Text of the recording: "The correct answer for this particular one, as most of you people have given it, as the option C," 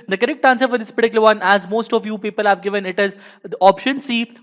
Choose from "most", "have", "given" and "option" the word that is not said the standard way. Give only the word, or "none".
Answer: none